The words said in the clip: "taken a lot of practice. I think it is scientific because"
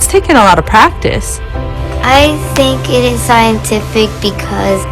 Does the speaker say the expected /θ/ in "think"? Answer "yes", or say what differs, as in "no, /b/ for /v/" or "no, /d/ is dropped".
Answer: yes